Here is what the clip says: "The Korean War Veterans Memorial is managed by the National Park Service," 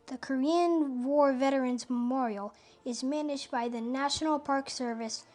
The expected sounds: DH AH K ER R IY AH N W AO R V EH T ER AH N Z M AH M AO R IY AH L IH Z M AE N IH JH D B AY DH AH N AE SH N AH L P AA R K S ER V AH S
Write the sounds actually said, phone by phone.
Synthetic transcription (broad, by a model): DH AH K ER R IY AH N W AO R V EH T ER AH N Z M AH M AO R IY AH L IH Z M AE N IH JH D B AY DH AH N AE SH N L P AA R K S ER V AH S